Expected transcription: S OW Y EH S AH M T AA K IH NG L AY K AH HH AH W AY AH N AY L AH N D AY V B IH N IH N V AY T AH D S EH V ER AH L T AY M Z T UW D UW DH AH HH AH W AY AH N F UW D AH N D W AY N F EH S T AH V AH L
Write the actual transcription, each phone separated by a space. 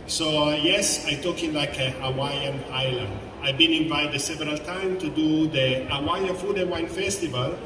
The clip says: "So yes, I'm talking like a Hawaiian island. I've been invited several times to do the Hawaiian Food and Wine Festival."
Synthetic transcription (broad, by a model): S OW Y EH S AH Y T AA K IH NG L AY K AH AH W AY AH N AY L AH N D AY B IH N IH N V AY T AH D S EH V ER AH L T AY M T UW D UW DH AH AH W AY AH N F UW D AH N W AY N F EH S T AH V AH L